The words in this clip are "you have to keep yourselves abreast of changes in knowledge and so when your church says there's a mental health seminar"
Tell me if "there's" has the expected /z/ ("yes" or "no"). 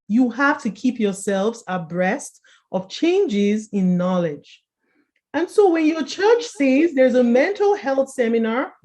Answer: yes